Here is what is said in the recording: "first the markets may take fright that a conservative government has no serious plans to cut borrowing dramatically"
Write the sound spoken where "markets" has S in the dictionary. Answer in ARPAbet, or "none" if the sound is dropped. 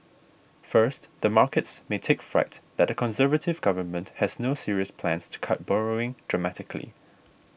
S